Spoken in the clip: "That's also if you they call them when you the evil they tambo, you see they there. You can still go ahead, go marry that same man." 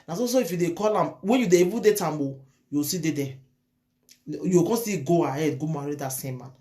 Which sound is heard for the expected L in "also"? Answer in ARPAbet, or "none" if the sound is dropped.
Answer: none